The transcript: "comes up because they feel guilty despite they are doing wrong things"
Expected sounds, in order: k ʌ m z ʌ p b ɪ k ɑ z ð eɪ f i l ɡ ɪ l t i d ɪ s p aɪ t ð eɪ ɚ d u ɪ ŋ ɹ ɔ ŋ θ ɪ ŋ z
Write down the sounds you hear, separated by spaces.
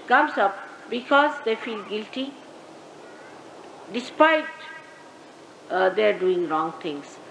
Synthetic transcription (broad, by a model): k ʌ m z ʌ p b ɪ k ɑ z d eɪ f i l ɡ ɪ l t i d ɪ s p aɪ t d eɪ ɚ d u ɪ ŋ ɹ ɔ ŋ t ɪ ŋ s